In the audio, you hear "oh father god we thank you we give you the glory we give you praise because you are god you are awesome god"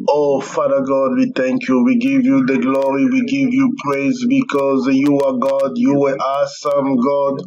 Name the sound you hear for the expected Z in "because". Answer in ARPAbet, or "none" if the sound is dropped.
Z